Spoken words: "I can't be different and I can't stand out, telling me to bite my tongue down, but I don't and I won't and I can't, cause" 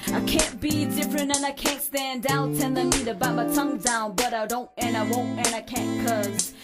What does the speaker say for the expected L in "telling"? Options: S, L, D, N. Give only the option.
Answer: N